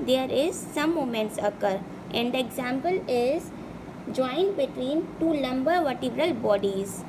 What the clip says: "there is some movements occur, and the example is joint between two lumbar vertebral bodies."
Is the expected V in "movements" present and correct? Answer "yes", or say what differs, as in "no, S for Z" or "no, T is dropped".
no, V is dropped